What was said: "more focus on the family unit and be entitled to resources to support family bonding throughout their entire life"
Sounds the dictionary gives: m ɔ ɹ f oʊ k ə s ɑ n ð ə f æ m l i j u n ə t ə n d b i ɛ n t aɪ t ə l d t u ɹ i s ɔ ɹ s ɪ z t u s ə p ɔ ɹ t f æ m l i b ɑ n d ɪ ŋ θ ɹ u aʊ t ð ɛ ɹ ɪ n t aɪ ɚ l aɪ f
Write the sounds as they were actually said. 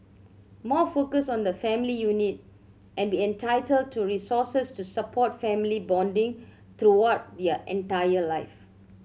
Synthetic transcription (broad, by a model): m ɔ f oʊ k ə s ɑ n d ə f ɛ m l i j u n ə t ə n b i ɛ n t aɪ t ə l d t u ɹ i s ɔ s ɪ s t u s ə p ɔ t f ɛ m l i b ɑ n d ɪ ŋ t ɹ u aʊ t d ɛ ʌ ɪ n t aɪ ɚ l aɪ f